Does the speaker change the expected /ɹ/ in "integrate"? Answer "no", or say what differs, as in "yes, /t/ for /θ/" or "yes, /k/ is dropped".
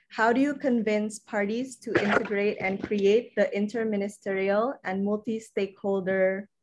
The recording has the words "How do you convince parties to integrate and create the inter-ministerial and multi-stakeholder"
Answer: no